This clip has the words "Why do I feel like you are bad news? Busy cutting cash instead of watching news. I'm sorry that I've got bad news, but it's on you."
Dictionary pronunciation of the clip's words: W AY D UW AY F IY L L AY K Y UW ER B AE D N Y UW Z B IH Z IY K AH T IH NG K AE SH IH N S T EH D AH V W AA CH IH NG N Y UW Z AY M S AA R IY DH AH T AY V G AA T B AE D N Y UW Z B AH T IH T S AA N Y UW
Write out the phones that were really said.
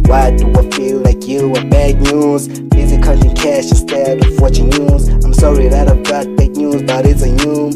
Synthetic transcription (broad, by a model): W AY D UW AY F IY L L AY K Y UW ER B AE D N Y UW Z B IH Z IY K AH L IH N K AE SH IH S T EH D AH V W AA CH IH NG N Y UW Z AY M S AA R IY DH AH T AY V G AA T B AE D N Y UW Z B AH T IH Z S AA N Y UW